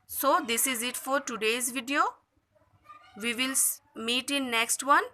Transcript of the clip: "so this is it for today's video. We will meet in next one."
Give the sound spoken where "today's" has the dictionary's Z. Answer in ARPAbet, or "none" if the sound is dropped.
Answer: Z